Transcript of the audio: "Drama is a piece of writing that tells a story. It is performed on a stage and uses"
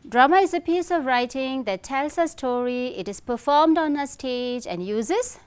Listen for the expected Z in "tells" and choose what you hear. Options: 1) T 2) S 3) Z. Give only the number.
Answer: 2